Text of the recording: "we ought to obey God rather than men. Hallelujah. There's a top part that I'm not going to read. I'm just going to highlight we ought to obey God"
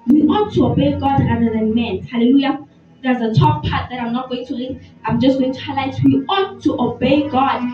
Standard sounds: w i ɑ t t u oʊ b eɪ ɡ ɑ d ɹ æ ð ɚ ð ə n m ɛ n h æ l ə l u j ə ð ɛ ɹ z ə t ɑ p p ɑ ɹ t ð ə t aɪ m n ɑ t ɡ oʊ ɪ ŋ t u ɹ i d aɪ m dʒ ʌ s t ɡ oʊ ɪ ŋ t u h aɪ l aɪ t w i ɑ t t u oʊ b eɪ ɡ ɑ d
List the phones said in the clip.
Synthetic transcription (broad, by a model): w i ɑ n t u oʊ b eɪ ɡ ɑ d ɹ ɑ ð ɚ ð ə n m ɛ n h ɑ l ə l u j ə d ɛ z ə t ɑ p p ɑ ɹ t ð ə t aɪ m n ɑ t ɡ oʊ ɪ ŋ t u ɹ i aɪ m dʒ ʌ s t ɡ oʊ ɪ ŋ t u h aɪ l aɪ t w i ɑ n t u oʊ b eɪ ɡ ɑ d